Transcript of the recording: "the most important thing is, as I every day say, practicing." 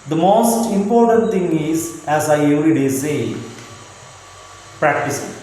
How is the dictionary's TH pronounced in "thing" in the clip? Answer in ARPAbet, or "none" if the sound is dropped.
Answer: T